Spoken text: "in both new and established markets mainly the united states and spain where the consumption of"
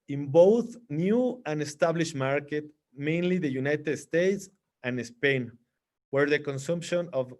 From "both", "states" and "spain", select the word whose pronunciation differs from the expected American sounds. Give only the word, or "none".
none